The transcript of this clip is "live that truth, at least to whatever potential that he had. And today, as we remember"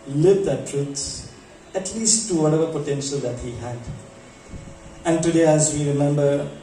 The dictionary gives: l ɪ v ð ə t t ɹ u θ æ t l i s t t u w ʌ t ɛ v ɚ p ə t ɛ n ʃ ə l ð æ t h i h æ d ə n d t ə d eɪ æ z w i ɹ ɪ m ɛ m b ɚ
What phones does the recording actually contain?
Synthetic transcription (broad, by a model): l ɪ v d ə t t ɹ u s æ t l i s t t u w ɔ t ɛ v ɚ p ə t ɛ n ʃ ə l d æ t h i h æ d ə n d t ə d eɪ æ z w i ɹ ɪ m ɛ m b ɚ